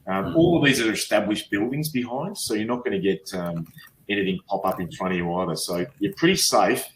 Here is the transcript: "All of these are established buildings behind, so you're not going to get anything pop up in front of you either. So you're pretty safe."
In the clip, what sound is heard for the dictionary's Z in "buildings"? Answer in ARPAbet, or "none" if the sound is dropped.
Z